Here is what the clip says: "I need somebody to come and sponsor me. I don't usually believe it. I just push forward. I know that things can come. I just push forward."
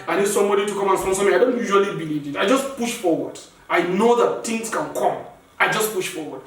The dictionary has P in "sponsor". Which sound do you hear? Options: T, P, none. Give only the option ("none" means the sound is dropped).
none